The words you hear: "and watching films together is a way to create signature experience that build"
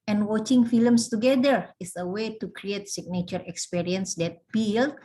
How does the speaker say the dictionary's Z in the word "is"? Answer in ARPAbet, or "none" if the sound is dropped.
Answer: S